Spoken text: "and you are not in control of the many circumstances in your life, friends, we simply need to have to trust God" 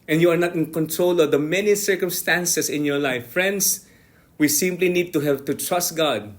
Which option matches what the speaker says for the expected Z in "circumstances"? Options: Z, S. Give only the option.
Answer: S